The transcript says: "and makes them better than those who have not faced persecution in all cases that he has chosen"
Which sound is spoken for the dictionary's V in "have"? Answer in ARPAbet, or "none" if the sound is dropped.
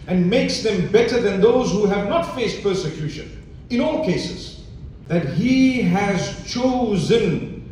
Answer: V